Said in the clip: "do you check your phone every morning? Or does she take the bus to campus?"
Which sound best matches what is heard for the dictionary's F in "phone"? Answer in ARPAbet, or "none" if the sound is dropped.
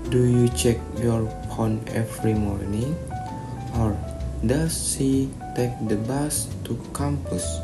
P